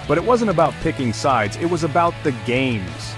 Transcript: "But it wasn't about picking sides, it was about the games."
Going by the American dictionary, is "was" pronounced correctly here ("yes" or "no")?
yes